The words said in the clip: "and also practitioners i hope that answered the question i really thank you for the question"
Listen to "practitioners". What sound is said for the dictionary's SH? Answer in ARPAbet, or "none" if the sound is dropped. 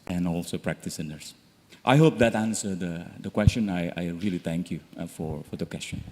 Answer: S